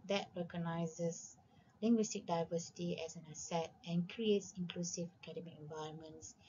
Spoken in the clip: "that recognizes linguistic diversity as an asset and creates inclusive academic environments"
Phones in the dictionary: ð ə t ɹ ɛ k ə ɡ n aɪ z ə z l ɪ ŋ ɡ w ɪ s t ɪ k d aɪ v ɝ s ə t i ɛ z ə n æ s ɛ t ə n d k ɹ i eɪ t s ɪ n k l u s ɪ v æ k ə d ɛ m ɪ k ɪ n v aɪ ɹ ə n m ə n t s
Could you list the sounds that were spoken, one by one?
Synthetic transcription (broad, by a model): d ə t ɹ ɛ k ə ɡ n aɪ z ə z l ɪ ŋ ɡ w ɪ s t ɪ k d aɪ v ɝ s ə t i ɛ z ə n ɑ s ɛ t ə n k ɹ i eɪ t s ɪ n k l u s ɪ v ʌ k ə d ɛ m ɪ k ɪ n v aɪ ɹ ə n m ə n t s